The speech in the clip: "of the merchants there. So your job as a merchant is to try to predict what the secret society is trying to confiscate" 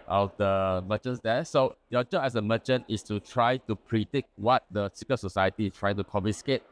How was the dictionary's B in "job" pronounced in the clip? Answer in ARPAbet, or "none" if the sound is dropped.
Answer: none